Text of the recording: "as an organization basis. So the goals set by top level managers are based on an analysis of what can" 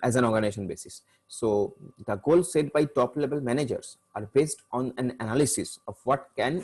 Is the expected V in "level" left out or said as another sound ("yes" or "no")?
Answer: yes